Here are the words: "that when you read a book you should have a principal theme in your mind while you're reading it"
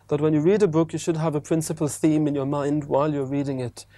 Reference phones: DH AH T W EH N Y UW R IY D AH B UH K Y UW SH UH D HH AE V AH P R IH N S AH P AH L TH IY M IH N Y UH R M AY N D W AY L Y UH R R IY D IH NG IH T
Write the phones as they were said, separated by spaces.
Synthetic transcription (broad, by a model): DH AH T W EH N Y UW R IY D AH B UH K Y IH SH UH D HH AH V AH P R IH N S AH P AH L TH IY M IH N Y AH R M AY N D W AY L Y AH R R IY D IH NG IH T